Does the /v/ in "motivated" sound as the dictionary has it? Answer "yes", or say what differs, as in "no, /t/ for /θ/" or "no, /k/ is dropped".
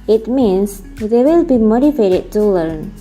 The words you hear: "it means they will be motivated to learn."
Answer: no, /f/ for /v/